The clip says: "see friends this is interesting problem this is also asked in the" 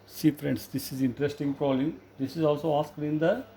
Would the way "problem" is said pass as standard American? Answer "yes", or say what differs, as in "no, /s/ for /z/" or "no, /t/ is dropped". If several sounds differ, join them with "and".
no, /b/ is dropped